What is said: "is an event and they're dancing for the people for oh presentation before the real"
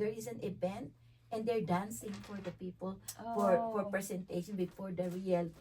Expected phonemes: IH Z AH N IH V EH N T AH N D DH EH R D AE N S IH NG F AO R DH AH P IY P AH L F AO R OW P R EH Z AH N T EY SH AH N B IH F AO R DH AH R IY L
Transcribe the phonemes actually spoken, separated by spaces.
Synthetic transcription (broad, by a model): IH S AH N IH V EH N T AH N D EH R D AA N S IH NG F AO R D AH P IY P AH L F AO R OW P R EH S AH N T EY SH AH N B IH F AO R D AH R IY L